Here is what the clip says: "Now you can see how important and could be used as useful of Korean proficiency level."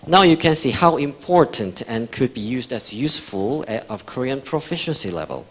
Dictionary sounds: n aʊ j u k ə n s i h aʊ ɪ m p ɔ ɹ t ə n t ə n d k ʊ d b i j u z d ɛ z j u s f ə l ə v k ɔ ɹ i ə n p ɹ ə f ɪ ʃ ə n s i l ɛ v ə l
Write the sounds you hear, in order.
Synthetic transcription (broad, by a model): n aʊ j u k ə n s i h aʊ ɪ m p ɔ ɹ t ə n t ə n k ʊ d b i j u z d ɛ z j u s f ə l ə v k ɔ ɹ i ə n p ɹ ə f ɪ ʃ ə n s i l ɛ v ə l